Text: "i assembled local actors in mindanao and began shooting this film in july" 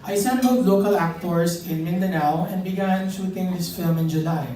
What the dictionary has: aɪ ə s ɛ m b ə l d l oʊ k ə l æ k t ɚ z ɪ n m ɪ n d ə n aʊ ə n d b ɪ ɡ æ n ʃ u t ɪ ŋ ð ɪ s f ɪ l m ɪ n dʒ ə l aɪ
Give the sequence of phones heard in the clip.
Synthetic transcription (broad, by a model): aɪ s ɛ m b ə l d l oʊ k ə l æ k t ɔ s ɪ n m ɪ n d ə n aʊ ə n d b ɪ ɡ æ n ʃ u t ɪ ŋ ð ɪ s f ɪ l m ɪ n dʒ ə l aɪ